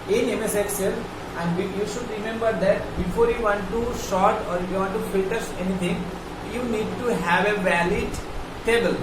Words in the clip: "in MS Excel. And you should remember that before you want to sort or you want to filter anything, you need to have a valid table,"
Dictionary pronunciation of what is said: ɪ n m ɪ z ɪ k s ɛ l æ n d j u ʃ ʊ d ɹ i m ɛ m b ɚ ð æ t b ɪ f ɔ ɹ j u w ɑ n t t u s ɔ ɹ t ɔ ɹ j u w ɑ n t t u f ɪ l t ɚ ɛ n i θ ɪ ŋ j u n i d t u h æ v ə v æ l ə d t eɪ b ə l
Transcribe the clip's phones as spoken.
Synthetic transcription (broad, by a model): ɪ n m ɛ s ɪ k s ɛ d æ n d j u ʃ ʊ d ɹ i m ɛ m b ɚ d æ t b ɪ f ɔ ɹ j u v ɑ n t t u ʃ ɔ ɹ t ɔ ɹ j u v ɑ n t t u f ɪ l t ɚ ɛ n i t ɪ ŋ j u n i d t u h æ v ə v æ l ə d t eɪ b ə l